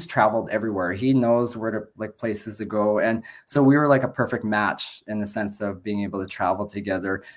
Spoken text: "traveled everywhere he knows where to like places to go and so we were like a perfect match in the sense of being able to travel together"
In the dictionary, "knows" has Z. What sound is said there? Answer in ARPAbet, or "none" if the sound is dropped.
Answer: Z